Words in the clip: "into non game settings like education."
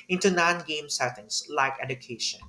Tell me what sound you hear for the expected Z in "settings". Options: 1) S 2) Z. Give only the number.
1